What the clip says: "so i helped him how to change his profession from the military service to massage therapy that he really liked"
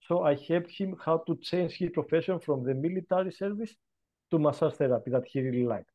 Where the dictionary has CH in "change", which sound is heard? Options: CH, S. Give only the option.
CH